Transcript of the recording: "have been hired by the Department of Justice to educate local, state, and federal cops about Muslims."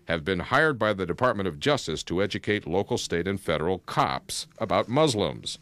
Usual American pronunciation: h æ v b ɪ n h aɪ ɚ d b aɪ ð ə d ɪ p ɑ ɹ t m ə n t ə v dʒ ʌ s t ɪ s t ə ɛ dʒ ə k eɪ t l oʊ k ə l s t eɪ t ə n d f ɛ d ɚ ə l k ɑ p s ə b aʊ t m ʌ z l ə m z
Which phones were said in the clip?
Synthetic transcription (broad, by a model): h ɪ v b ɪ n h aɪ ɚ d b aɪ ð ə d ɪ p ɑ ɹ t m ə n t ə v dʒ ʌ s t ɪ s t ə ɛ dʒ ə k eɪ t l oʊ k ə l s t eɪ t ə n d f ɛ d ɚ l k ɑ p s ə b aʊ t m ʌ z l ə m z